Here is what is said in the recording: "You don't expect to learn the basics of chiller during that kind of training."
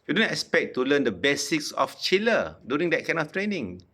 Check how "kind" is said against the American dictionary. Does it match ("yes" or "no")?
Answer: no